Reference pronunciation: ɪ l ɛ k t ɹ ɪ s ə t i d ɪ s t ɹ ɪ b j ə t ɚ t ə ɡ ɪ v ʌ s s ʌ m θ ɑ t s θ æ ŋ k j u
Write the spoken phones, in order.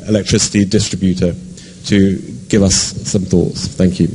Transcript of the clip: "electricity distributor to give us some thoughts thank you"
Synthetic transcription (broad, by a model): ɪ l ɛ k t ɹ ɪ s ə t i d ɪ s t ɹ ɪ b j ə t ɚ t ə ɡ ɪ v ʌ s s ʌ m θ ɑ t s θ æ ŋ k j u